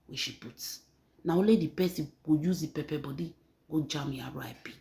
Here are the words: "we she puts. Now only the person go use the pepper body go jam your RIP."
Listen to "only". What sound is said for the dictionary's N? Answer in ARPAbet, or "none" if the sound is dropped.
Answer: none